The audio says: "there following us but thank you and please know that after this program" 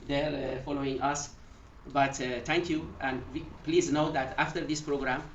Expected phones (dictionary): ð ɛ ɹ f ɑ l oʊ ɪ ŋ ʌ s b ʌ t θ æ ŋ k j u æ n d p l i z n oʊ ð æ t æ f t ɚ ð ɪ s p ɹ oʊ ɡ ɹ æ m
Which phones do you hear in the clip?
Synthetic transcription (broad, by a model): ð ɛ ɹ f ɑ l oʊ ɪ ŋ ʌ s b ʌ t t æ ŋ k j u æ n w p l i z n oʊ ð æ t æ f t ɚ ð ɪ s p ɹ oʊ ɡ ɹ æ m